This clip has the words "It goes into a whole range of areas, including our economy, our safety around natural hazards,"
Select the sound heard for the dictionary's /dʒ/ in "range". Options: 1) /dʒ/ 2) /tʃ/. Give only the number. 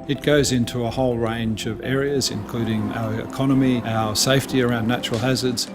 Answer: 1